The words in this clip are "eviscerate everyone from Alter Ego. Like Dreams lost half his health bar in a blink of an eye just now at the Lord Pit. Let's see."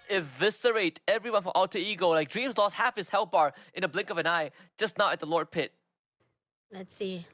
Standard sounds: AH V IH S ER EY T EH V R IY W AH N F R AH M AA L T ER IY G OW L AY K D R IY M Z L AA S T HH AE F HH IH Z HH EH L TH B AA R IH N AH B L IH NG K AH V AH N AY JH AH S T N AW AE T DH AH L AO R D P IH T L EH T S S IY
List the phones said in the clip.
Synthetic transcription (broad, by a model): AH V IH S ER EY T EH V R IY W AH N F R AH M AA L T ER IY G OW L AY K D R IY M Z L AA S T HH AE F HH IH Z HH EH L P B AA R IH N AH B L IH NG K AH V AH N AY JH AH S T N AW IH T DH AH L AO R D P IH T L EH T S S IY